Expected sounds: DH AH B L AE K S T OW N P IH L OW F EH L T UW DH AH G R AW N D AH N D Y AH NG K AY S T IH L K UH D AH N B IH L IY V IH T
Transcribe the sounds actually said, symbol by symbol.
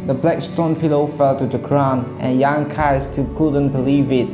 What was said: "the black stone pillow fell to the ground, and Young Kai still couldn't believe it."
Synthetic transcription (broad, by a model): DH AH B L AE K S T OW N P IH L OW F EH L T UW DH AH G R AW N AH N Y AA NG K AY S T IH L K UH D AH N B IH L IY V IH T